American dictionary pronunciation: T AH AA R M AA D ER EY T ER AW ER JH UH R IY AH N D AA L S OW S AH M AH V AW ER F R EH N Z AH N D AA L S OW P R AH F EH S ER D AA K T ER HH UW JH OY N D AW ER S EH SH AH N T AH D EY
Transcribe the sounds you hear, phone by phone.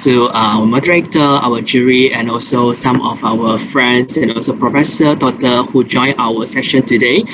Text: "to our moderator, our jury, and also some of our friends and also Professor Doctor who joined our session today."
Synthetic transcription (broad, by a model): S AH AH M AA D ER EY T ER AW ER JH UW R IY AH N AA L S OW S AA M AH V AW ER F R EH N S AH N AA L S OW P R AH F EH S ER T AA T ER HH UW JH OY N AW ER S EH SH AH N T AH D EY